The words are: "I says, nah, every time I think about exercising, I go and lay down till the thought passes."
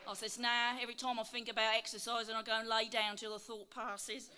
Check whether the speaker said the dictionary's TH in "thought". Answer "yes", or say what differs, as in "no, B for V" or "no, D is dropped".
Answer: yes